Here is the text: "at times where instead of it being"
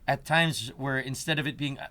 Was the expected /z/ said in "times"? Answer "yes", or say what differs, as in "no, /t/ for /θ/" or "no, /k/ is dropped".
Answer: yes